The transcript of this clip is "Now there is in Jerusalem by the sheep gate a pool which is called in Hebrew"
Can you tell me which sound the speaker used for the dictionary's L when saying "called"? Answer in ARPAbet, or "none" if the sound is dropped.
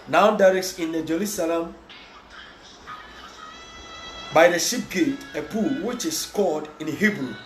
none